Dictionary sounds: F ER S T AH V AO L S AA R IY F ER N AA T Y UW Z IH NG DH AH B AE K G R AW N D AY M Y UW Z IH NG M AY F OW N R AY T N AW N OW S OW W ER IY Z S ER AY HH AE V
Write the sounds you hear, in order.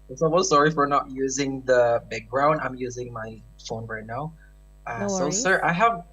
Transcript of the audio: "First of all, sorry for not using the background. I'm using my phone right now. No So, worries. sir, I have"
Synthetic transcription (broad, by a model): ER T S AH W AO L S AA R IY F ER N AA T Y UW Z IH NG DH AH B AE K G R AW N D AY M Y UW Z IH NG M AY F OW N R AY T N AW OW S OW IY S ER AY HH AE V